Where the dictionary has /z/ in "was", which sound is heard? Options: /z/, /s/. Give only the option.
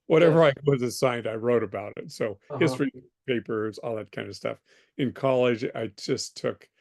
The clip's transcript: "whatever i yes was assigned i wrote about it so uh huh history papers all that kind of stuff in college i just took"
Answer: /z/